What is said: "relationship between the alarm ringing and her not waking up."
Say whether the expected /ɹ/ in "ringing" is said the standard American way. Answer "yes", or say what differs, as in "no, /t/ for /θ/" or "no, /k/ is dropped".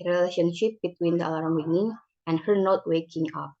no, /w/ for /ɹ/